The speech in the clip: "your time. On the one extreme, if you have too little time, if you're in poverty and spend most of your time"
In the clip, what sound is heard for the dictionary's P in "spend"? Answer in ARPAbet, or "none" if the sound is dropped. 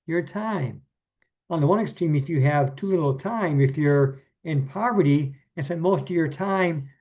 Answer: none